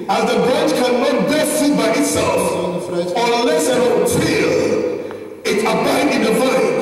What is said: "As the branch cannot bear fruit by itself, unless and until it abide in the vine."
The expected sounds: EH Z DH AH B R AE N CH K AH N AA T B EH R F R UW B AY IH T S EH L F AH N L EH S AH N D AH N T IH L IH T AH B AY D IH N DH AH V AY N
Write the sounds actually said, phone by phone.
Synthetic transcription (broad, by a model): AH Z DH AH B R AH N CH K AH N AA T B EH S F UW B AY IH T S EH L F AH L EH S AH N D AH T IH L IH T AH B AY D IH N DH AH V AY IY